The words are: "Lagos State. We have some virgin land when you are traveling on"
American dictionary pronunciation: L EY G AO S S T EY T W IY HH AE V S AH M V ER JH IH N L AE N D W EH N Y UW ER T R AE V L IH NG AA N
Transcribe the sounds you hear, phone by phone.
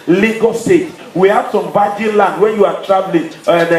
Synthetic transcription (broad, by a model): L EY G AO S S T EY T W IY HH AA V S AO M B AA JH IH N L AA N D W EH N Y UW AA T R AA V L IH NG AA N